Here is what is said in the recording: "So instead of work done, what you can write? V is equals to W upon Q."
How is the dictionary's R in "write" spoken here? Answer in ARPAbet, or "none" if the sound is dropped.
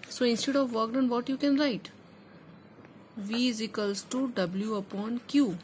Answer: R